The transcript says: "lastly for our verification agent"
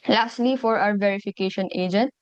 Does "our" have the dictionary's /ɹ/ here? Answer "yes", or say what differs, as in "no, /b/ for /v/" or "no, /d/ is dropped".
no, /w/ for /ɹ/